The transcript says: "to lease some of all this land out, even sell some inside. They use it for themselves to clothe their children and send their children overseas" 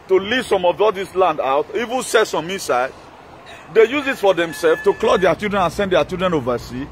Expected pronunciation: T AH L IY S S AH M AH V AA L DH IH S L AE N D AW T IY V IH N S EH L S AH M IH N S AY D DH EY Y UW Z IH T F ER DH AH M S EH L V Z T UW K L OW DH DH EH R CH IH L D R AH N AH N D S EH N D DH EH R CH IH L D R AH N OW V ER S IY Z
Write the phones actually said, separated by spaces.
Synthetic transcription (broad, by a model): T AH L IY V S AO M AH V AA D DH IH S L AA N D AW T IY V IH N S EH S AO M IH S AY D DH EY Y UW Z IH T F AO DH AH M S EH L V T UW K L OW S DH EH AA CH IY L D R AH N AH N S EH N D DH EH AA CH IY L D R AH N OW V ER S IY